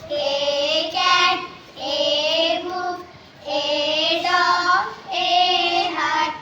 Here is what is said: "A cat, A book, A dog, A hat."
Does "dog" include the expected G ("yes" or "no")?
no